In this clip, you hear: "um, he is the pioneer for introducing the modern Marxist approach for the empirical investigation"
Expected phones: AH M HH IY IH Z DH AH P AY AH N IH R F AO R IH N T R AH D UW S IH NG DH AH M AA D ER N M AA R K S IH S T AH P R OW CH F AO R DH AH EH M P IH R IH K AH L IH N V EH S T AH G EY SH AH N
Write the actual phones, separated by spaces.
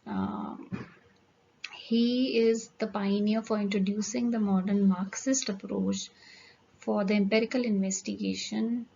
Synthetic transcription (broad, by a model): HH IY IH Z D AH P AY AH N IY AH F AO R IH N T R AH D UW S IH NG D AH M AA D ER N M AA R K S IH S T AH P R OW CH F AO R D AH EH M P IH R IH K AH L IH N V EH S T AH G EY SH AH N